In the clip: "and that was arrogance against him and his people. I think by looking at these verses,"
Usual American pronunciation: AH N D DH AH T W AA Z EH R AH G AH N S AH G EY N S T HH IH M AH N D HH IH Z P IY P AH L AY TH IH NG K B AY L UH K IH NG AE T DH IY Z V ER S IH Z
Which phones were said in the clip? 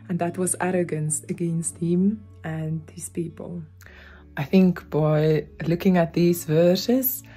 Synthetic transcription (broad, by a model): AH N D DH AH T W AA Z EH R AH G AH N S AH G EY N S T HH IH M AH N D HH IH Z P IY P AH L AY TH IH NG K B AY L UH K IH NG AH T DH IY Z V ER S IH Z